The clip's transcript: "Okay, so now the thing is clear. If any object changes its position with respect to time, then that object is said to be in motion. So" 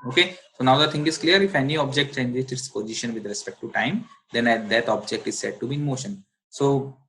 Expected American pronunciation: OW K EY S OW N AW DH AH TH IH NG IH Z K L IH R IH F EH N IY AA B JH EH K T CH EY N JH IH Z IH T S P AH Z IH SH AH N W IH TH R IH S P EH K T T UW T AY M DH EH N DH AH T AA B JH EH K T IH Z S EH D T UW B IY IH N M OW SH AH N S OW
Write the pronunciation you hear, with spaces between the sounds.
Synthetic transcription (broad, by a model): OW K EY S OW N AW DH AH T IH NG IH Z K L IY R IH F EH N IY AA B JH EH K T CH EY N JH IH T IH T S P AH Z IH SH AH N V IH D R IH S P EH K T T UW T AY M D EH N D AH T AA B JH EH K T IH Z S EH D T UW B IY IH N M OW SH AH N S OW